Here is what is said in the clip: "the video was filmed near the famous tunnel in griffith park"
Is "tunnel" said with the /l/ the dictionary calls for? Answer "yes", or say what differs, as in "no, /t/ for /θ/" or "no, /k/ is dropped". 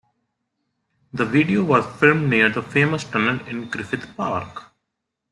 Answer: no, /n/ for /l/